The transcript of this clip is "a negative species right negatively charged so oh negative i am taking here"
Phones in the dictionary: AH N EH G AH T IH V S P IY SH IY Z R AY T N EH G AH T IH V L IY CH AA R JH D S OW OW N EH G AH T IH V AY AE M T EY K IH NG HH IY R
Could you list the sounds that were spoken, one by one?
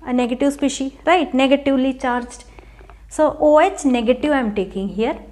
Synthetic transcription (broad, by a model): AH N EH G AH T IH V S P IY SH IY R AY T N EH G AH T IH V L IY CH AA R JH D S OW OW N EH G AH T IH V AY M T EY K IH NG HH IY R